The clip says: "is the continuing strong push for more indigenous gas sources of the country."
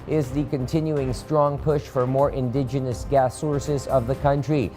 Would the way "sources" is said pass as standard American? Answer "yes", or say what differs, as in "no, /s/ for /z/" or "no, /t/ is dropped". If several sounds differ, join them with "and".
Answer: yes